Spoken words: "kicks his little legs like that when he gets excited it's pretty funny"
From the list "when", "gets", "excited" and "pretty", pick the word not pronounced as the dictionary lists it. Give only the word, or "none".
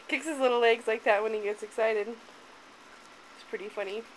none